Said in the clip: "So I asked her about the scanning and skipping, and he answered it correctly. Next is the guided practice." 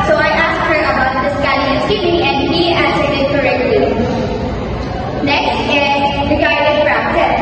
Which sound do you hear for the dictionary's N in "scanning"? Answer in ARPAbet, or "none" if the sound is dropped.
L